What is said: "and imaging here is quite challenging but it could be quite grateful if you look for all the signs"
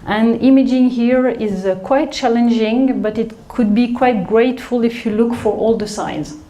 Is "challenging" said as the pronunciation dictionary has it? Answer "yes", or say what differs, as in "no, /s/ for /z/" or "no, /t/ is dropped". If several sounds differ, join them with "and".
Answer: yes